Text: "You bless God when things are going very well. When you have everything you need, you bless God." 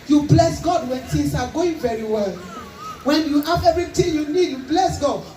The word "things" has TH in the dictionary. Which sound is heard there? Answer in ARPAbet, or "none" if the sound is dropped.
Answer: T